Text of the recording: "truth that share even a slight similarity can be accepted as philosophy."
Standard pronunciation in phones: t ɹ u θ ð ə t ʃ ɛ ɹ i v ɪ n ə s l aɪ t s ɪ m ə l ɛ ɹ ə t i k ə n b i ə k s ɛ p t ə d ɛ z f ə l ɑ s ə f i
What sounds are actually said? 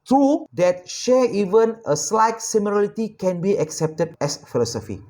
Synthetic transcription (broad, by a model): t ɹ u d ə t ʃ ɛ i v ɪ n ə s l aɪ t s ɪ m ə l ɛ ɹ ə t i k ə n b i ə k s ɛ p t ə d ɛ s f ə l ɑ s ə f i